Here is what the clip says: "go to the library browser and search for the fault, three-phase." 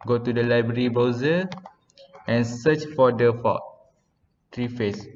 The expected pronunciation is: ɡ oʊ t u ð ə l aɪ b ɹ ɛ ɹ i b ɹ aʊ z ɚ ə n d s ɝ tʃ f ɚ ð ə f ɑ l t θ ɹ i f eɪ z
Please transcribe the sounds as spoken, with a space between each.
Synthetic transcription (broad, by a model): ɡ oʊ t u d ə l aɪ b ɹ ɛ ɹ i b ɔ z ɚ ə n s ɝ tʃ f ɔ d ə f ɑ t ɹ i f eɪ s